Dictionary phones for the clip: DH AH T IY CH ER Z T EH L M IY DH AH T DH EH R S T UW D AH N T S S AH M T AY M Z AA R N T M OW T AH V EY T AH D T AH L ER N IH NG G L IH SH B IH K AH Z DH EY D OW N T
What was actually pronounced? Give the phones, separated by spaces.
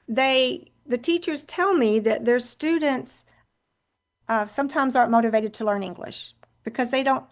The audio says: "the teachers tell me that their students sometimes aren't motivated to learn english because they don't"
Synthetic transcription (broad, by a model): DH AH T IY CH ER Z T EH L M IY DH AH T DH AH R S T UW D N T S S AH M T AY M Z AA R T M OW T AH V EY T AH D T AH L ER N IH NG G L IH SH B IH K AH Z DH EY D OW N T